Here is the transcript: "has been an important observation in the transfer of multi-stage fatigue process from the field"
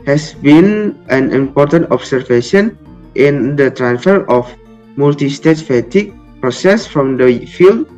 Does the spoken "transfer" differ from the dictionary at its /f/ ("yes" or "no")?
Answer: no